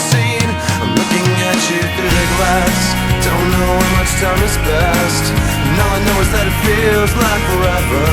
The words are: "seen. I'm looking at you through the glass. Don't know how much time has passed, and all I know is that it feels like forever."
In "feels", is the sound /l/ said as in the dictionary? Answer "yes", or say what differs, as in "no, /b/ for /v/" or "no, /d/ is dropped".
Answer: yes